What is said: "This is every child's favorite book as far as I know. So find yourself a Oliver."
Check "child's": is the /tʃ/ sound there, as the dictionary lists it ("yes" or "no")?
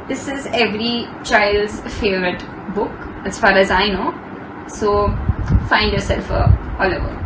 yes